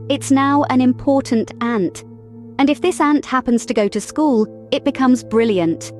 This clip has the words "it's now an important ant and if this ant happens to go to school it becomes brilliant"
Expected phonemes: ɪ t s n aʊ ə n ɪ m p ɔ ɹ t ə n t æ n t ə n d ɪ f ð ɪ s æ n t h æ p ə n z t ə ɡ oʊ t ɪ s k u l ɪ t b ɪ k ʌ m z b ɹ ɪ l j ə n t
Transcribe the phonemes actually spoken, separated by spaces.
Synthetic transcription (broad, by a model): ɪ t s n aʊ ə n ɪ m p ɔ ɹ t n t æ n t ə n ɪ f ð ɪ s æ n t h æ p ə n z t ə ɡ oʊ t ɪ s k u l ɪ t b ɪ k ʌ m z b ɹ ɪ l j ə n t